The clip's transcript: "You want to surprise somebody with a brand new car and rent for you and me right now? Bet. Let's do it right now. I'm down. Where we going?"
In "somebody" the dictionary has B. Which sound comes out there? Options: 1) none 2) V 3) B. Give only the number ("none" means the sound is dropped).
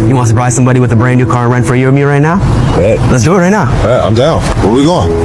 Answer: 3